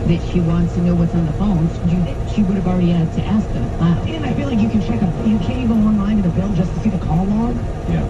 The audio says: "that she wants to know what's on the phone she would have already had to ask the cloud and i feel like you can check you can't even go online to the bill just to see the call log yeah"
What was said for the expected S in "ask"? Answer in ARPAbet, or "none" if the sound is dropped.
S